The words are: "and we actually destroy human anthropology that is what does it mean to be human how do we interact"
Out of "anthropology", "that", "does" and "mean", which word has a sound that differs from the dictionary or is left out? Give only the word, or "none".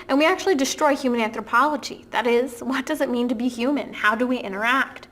none